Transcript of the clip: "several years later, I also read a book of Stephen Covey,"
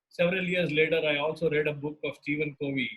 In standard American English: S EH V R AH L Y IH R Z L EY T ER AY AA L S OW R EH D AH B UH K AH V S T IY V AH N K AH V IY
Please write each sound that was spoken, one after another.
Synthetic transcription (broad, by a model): S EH V R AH L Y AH R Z L EY T ER AY AA L S OW R EH D AH B UH K AH V S T IY V AH N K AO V IY